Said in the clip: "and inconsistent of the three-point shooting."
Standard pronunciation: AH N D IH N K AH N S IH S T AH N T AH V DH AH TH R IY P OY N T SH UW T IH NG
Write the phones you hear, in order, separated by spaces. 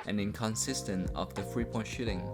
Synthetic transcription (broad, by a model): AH N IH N K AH N S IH S T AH N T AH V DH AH F R IY P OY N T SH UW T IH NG